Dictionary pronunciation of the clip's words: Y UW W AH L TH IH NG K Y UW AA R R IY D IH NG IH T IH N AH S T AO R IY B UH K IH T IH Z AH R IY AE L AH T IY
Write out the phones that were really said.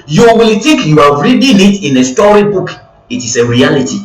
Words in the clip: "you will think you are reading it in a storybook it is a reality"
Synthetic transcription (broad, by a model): Y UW W AH L T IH K Y UW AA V R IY D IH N IH T IH N AH S T AO R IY B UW K IH T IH S AH R IY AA L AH T IY